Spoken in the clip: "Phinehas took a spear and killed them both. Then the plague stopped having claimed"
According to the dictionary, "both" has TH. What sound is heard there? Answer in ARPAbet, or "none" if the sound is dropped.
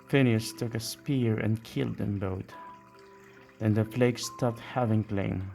T